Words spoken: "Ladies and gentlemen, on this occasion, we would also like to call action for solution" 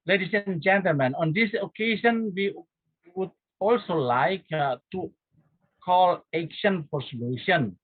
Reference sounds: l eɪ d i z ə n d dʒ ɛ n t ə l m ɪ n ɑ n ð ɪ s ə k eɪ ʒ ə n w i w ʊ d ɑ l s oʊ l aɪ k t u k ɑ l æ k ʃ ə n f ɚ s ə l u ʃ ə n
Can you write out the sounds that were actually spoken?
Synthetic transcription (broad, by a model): l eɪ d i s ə n dʒ ɛ n t ə l m ɪ n ɑ n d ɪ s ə k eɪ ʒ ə n w i w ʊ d ɑ l s oʊ l aɪ k t u k ɑ l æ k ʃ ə n p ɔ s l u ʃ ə n